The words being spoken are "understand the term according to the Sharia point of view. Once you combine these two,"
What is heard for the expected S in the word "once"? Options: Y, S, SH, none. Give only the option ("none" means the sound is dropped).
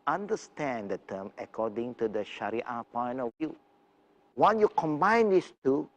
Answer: none